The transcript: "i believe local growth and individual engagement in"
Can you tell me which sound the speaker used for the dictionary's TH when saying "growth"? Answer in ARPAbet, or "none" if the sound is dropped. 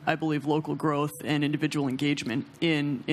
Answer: TH